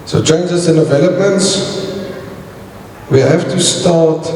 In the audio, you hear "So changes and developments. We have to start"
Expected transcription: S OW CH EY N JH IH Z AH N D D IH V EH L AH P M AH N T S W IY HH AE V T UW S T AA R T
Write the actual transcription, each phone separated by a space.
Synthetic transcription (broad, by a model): S OW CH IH N JH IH S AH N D D IH V EH L AH P M AH N T S W IY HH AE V T UW S T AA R T